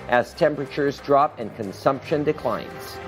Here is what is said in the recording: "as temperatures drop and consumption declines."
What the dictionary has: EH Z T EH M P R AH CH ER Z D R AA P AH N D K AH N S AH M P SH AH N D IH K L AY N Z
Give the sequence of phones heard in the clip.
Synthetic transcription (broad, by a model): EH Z T EH M P R AH CH ER Z D R AA P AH N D K AH N S AH M P SH AH N D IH K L AY N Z